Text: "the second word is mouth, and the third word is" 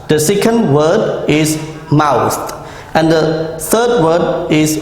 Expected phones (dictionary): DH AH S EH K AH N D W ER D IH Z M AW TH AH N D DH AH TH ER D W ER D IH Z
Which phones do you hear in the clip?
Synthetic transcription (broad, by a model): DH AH S EH K AH N D W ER D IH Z M AW T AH N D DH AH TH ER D W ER D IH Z